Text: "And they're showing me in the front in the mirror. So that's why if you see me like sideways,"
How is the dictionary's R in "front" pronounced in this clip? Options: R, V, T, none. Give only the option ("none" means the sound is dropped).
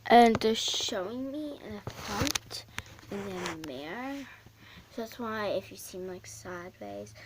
none